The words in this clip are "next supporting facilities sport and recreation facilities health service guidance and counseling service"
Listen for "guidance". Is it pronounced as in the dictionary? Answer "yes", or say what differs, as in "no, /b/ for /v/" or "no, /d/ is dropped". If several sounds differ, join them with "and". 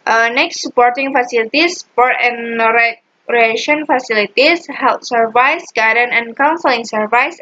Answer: no, /s/ is dropped